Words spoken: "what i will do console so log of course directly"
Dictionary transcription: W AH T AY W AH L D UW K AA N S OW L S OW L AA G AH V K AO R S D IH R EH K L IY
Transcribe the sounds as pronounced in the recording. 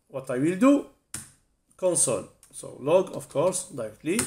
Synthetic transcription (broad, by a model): W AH T AY W AH L D UW K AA N S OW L S OW L AA G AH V K AO R S D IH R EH K L IY